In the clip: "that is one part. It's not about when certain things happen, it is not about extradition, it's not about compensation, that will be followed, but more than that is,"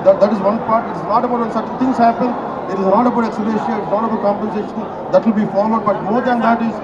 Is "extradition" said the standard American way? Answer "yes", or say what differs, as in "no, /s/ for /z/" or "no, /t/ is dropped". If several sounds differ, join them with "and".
no, /n/ is dropped